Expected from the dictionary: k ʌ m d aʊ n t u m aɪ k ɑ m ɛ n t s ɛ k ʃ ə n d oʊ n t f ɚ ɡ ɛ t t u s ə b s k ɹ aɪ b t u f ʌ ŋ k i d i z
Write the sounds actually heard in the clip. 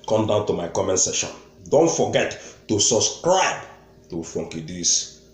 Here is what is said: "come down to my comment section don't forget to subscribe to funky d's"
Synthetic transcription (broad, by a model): k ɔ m d aʊ n t u m aɪ k ɑ m ɛ n t s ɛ ʃ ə n d oʊ n t f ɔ ɡ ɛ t t u s ə b s k ɹ aɪ b t u f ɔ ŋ k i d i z